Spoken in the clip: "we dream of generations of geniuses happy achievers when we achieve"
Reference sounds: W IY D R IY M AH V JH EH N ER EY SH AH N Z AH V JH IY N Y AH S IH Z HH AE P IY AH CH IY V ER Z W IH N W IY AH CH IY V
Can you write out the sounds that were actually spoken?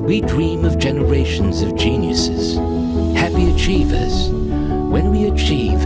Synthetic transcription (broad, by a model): W IY D R IY M AH V JH EH N ER EY SH AH N Z AH V JH IY N Y AH S IH Z HH AE P IY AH CH IY V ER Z W IH N W IY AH CH IY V